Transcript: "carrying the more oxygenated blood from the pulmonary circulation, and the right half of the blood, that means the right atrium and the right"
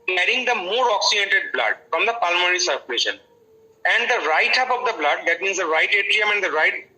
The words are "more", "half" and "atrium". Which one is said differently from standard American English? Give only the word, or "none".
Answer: half